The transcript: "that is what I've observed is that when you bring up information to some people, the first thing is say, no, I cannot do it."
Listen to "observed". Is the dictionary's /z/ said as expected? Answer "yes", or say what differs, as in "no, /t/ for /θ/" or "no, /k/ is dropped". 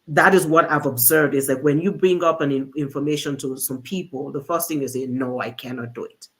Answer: yes